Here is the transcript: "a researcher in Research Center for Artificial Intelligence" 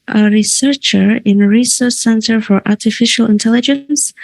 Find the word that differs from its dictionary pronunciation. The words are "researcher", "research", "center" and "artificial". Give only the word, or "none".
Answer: research